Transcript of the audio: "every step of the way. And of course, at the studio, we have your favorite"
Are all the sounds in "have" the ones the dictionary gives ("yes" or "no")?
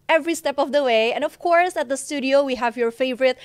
yes